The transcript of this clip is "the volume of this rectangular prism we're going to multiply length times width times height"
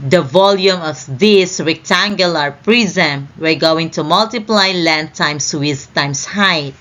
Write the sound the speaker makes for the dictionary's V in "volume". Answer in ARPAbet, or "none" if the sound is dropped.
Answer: V